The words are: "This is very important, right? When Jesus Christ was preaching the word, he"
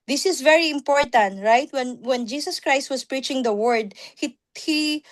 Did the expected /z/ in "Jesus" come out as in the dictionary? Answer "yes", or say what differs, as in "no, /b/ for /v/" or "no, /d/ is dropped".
no, /s/ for /z/